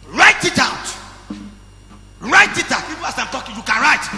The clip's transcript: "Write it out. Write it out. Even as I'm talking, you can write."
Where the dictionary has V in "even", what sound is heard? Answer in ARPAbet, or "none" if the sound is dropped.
P